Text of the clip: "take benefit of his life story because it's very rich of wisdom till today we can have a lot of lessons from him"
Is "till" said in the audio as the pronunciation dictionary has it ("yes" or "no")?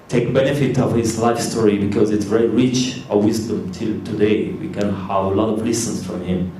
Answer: yes